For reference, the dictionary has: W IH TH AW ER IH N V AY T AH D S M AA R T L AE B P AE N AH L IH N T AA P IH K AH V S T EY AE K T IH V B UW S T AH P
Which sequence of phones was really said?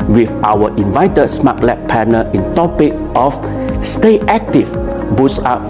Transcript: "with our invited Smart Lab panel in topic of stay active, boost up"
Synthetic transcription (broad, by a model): W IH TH AW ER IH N V AY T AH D S M AA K L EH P P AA N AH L IH N T AA P IH K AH F S T EY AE K T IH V B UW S AA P